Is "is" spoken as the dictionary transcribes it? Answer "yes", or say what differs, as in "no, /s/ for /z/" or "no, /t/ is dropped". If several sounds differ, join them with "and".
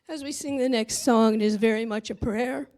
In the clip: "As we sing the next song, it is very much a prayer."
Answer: yes